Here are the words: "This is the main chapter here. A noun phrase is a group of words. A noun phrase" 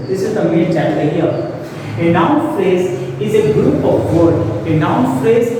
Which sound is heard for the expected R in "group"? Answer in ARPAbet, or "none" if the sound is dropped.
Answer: R